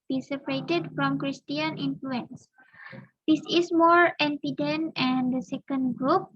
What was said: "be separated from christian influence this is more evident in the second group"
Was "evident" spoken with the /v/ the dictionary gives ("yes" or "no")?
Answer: no